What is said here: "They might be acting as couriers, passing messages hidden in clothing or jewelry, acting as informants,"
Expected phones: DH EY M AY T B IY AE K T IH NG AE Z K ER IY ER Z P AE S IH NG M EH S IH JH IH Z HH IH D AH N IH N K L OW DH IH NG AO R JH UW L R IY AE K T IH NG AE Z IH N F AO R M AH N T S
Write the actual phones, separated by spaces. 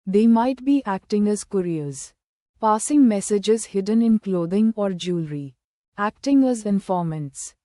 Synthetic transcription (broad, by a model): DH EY M AY T B IY AE K T IH NG AE Z K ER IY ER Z P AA S IH NG M EH S IH JH IH Z HH IH D AH N IH N K L OW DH IH NG AO R JH UW L R IY AE K T IH NG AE Z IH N F AO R M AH N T S